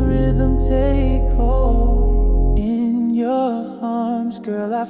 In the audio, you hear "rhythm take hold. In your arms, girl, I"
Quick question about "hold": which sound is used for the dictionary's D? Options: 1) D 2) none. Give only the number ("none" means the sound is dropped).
2